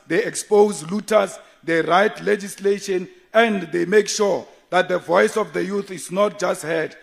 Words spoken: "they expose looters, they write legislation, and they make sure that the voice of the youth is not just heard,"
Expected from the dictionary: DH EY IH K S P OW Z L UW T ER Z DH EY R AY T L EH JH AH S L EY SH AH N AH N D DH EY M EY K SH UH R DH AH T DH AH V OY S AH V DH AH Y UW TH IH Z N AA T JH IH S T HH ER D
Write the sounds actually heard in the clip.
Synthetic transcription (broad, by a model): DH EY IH K S P OW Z L UW T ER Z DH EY R AY T L EH JH AH S L EY SH AH N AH N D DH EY M EY K SH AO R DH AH T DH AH V OY S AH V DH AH Y UW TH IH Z N AA T JH IH S T HH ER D